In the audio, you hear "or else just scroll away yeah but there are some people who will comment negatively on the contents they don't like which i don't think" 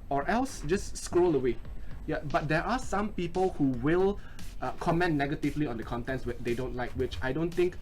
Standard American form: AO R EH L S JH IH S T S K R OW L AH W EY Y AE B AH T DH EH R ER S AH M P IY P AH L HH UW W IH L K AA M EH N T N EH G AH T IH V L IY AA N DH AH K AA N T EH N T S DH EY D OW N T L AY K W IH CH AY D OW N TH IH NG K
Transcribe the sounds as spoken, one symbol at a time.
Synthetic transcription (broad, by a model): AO R EH L S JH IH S S K R OW L AH W EY Y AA B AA T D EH R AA S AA M P IY P AH L HH UW W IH L K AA M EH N N EH G AH T IH V L IY AA N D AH K AA N T EH N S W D EY D OW N T L AY K W IH CH AY D OW N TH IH NG K